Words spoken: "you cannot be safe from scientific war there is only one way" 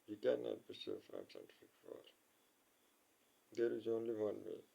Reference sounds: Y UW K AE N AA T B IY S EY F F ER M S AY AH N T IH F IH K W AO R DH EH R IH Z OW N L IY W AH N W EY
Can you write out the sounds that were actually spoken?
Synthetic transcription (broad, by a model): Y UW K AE N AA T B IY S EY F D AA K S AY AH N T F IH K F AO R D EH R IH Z OW N L IY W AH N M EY